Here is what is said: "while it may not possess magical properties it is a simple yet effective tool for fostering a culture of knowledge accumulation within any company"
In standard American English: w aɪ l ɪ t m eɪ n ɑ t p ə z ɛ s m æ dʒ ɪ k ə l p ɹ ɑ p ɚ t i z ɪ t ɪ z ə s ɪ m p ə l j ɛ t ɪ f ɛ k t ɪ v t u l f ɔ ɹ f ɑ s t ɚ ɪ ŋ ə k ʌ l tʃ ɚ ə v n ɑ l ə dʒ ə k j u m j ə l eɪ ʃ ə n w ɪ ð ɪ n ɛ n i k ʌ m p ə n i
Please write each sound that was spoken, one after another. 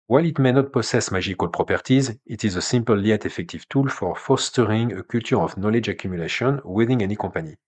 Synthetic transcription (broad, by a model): w aɪ l ɪ t m eɪ n ɑ t p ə s ɛ s m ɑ ʒ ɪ k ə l p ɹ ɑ p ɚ t i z ɪ t ɪ z ə s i m p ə l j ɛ t ɪ f ɛ k t ɪ v t u l f ɔ ɹ f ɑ s t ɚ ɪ ŋ ə k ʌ l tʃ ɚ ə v n ɑ l ə dʒ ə k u m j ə l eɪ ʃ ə n w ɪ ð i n ɛ n i k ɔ p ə n i